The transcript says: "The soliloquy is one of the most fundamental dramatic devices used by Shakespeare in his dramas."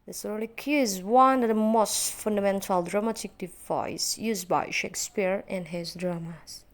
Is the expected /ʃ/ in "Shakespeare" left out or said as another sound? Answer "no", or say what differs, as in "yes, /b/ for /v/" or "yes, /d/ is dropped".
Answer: no